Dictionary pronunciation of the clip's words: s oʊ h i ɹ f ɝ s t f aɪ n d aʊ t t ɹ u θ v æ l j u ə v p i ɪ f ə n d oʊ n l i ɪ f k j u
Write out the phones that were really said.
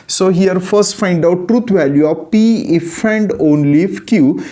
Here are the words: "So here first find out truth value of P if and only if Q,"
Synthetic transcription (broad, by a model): s oʊ h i ɹ f ɝ s t f aɪ n d aʊ t t ɹ u t v æ l j u ə v p i ɪ f ə n d oʊ n l i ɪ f k j u